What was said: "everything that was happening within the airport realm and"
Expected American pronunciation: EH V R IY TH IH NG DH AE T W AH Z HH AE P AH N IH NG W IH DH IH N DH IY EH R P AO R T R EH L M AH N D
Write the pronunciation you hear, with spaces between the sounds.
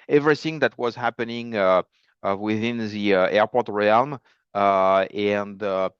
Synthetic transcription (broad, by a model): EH V R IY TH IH NG DH AE T W AH Z HH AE P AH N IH NG W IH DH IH N DH IY EH R P AO R T R EH L M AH N D